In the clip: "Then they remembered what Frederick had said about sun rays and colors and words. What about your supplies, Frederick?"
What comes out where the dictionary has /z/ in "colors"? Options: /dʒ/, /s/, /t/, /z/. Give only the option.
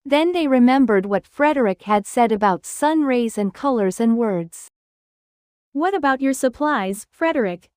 /z/